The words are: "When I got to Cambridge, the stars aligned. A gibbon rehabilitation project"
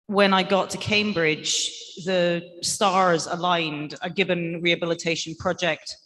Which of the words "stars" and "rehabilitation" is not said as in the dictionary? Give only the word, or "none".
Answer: none